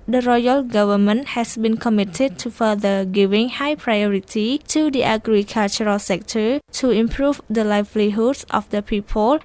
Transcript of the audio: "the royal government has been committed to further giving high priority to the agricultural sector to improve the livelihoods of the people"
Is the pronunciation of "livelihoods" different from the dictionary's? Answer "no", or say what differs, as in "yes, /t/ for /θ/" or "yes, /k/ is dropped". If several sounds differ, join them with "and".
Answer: yes, /s/ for /z/